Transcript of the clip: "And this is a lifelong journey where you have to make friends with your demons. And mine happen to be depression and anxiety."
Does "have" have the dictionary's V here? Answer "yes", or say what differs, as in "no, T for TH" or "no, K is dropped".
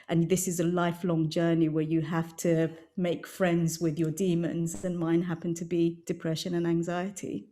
no, F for V